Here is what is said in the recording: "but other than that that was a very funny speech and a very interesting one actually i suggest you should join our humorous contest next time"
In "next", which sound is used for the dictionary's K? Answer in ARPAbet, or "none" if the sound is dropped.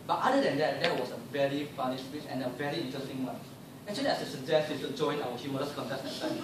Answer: none